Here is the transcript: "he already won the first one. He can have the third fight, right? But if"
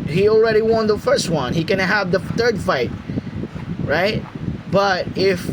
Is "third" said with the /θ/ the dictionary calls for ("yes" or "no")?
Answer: yes